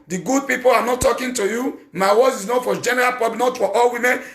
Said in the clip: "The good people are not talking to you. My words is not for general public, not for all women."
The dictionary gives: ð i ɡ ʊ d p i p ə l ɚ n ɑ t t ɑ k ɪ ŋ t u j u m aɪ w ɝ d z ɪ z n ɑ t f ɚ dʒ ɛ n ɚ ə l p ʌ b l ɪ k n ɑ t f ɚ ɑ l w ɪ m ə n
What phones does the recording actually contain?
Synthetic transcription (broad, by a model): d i ɡ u d p i p ə l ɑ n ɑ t t ɑ k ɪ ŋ t u j u m aɪ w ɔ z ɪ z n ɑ f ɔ dʒ ɛ n ɚ ə l p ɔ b n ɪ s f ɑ t ɑ l w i m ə n